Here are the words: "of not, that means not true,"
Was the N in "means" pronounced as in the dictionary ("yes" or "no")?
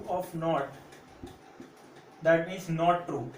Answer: no